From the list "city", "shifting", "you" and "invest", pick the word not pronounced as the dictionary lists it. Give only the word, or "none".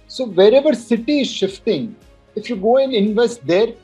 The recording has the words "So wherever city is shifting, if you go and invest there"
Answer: none